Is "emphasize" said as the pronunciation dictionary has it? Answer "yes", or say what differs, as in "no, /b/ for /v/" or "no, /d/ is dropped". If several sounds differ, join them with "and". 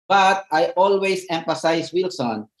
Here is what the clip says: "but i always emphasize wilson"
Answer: no, /s/ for /z/